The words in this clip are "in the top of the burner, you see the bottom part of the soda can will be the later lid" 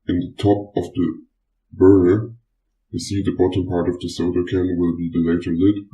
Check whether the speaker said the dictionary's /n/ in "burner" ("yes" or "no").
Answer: no